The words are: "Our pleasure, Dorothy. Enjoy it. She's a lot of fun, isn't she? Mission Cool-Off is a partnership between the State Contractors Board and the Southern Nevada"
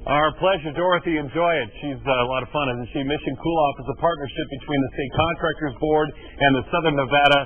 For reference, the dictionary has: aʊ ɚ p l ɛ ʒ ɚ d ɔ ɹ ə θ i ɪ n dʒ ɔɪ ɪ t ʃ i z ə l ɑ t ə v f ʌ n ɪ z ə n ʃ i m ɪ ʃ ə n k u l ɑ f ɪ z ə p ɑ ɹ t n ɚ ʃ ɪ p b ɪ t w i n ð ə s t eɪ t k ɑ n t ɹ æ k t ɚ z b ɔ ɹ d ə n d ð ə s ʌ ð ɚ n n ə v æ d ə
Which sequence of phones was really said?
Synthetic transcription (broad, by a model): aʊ ɚ p l ɛ ʒ ɚ d ɔ ɹ ə θ i ɪ n dʒ ɔɪ ɪ t ʃ i z ə l ɑ t ə v f ʌ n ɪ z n ʃ i m ɪ ʃ ə n k u l ɑ f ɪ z ə p ɑ ɹ t n ɚ ʃ ɪ p b ɪ t w i n ð ə s t eɪ t k ɑ n t ɹ æ k t ɚ z b ɔ ɹ d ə n ð ə s ʌ ð ɚ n n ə v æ d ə